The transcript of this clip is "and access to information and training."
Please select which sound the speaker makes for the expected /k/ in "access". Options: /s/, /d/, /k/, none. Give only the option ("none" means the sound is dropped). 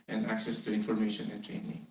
/k/